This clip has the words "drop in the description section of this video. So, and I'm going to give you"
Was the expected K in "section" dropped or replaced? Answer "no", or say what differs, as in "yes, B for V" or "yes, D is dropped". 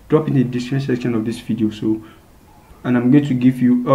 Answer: no